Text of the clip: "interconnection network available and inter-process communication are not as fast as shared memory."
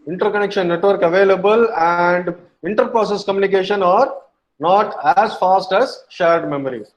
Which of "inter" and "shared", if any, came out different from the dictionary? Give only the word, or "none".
none